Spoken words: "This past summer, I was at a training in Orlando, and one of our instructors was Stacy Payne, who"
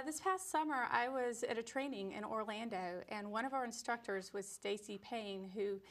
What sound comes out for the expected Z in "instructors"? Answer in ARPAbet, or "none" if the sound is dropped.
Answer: Z